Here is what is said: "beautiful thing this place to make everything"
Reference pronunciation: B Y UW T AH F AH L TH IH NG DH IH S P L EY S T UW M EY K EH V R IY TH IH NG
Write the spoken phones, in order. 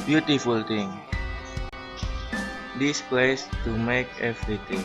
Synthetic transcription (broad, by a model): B Y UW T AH F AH L T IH NG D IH S P L EY S T UW M EY K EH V R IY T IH NG